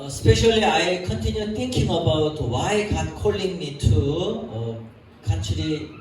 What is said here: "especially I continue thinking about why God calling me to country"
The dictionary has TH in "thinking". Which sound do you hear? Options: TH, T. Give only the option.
T